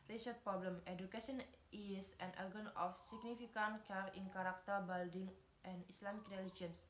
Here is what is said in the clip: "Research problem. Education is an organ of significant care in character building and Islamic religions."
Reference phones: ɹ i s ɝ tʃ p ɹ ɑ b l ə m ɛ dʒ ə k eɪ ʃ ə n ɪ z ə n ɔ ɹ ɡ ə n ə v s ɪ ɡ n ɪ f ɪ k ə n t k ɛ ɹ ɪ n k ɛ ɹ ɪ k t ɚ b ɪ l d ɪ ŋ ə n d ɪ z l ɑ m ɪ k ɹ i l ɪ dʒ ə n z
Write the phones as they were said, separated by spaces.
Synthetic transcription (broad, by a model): ɹ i s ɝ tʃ p ɹ ɑ b l ə m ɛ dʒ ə k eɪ s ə n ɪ s ə n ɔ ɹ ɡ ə n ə f s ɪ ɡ n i f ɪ k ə n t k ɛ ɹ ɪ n k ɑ ɹ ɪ k t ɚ b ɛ l d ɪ ŋ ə n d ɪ s l ɑ m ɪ k ɹ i l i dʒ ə n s